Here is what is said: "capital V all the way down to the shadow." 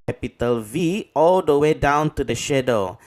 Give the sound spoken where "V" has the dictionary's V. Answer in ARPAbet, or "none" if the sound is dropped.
V